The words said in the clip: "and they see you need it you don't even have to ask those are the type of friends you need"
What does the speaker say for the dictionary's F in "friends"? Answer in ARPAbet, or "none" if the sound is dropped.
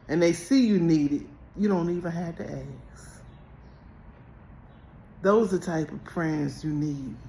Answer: P